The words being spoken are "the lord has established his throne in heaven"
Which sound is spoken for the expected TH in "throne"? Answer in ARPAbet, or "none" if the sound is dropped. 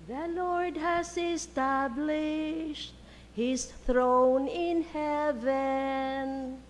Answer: TH